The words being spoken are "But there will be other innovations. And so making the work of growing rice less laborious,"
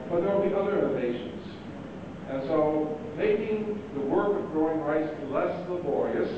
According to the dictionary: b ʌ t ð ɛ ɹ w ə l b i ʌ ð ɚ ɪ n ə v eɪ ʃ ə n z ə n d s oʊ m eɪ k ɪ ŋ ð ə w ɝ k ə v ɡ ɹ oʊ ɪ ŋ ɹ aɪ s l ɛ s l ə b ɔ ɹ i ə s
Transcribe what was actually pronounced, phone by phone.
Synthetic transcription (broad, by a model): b ʌ t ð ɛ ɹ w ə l b i ʌ ð ɚ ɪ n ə ɪ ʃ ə n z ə n s oʊ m eɪ k ɪ ŋ ð ə w ɝ k ə v ɡ ɹ oʊ ɪ ŋ ɹ aɪ s l ɛ s l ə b ɔ ɹ i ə s